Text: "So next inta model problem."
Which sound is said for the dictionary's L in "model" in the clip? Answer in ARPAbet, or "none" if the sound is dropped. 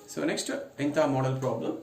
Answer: L